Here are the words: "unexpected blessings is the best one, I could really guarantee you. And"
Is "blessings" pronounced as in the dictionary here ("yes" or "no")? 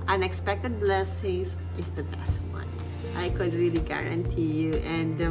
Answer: no